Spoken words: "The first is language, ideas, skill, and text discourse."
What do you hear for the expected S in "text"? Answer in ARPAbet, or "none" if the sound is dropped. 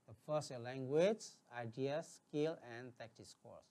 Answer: none